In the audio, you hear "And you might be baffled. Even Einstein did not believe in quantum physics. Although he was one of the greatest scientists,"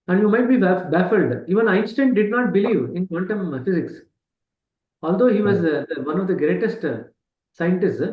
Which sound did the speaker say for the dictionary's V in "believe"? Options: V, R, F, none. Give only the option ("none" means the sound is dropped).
V